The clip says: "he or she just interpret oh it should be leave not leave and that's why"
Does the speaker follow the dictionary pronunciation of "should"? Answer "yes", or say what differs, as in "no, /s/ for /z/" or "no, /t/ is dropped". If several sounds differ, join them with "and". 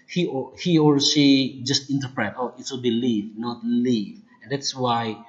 no, /s/ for /ʃ/